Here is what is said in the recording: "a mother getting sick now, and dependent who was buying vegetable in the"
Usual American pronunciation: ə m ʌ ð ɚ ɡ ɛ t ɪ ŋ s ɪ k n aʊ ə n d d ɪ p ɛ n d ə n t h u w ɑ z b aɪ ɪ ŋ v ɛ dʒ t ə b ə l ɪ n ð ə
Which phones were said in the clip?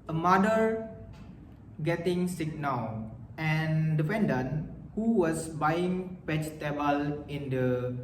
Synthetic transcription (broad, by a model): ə m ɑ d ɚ ɡ ɛ t ɪ ŋ s ɪ k n aʊ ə n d d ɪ f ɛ n d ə n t h u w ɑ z b aɪ ɪ ŋ p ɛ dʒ t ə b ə l ɪ n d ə